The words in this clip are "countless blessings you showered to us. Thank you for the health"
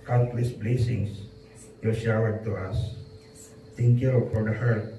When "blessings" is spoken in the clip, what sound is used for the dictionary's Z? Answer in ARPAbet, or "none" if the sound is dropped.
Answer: S